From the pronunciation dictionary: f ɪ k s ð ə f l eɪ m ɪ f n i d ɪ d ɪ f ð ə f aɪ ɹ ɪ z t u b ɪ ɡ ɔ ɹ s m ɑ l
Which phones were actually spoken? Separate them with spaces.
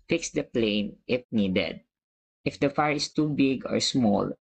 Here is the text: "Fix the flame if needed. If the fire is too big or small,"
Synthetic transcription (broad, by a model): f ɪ k s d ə p l eɪ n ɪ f n i d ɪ d ɪ f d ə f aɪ ɹ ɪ s t u b ɪ ɡ ɔ ɹ s m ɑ l